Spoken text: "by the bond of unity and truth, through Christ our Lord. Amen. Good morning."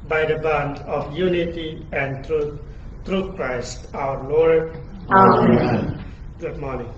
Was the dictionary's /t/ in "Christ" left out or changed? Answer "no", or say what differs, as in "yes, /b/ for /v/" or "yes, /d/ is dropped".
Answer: no